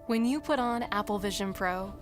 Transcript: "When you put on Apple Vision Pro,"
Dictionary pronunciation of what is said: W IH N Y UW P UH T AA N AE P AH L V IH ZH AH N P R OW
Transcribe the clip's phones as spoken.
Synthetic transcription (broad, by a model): W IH N Y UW P UH T N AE P L V IH ZH AH N P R OW